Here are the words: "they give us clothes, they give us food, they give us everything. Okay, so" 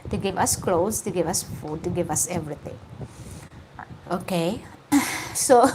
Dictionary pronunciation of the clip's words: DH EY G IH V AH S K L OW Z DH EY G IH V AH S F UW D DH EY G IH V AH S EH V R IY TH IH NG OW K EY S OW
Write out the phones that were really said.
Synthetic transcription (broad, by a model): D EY G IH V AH S K L OW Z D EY G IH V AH S F UW D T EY G IH V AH S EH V R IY T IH NG OW K EY S OW